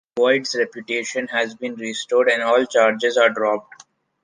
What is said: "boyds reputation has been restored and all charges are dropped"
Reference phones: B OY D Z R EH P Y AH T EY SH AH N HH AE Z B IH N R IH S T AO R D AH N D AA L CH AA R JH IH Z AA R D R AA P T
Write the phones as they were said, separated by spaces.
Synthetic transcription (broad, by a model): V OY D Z R EH P Y AH T EY SH AH N HH AE Z B IH N R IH S T AO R D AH N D AA L CH AA R JH IH Z AA R D R AA P T